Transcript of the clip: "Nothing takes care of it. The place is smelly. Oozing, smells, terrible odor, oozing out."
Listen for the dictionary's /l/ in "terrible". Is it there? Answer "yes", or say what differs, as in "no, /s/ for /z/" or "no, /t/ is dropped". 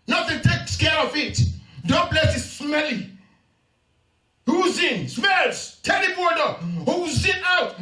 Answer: no, /n/ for /l/